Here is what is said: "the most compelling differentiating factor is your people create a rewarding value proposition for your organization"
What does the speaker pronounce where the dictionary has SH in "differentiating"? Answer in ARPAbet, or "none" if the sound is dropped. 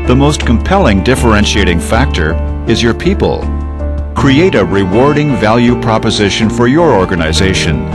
SH